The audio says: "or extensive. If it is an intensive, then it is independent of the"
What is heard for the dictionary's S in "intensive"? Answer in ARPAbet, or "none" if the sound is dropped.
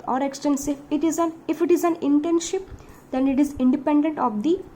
SH